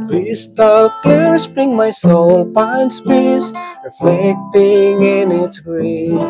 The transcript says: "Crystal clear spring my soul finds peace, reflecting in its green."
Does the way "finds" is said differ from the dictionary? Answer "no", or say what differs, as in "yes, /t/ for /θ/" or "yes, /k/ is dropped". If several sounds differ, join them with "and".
yes, /p/ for /f/